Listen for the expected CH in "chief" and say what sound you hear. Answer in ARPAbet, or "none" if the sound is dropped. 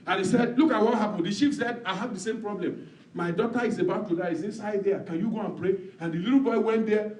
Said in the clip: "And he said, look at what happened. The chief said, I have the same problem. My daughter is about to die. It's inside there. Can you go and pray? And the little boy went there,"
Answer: SH